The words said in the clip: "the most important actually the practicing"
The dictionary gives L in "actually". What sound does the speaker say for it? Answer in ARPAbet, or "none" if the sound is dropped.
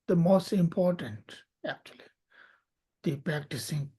L